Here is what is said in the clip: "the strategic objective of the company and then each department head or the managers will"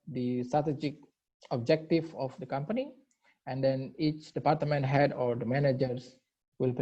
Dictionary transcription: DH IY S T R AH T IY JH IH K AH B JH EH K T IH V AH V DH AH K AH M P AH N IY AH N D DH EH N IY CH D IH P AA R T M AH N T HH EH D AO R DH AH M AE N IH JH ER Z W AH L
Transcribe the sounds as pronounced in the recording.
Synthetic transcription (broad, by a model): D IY S T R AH T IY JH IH K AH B JH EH K T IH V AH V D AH K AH M P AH N IY AH N D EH N IY CH D IH P AA R T M AH N T HH EH D AO R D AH M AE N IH JH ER S W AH L